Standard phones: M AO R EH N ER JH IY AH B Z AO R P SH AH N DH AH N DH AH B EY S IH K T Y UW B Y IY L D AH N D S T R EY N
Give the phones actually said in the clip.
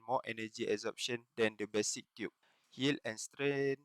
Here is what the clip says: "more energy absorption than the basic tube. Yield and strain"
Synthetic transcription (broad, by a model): M AO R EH N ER JH IY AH Z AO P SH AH N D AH N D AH B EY S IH K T Y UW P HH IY L AH N S T R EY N